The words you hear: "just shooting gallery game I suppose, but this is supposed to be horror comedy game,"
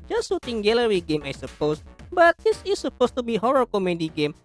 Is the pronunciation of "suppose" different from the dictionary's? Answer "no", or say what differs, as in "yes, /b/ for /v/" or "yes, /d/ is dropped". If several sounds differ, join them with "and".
yes, /s/ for /z/